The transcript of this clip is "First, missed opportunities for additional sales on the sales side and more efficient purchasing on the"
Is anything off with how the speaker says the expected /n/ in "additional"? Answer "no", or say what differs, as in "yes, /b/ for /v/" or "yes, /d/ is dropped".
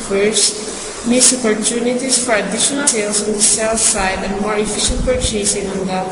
yes, /n/ is dropped